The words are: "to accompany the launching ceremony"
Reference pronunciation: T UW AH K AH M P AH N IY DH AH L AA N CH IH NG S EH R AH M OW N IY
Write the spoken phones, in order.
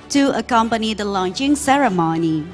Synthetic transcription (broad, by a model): T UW AH K AH M P AH N IY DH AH L AA N CH IH NG S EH R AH M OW N IY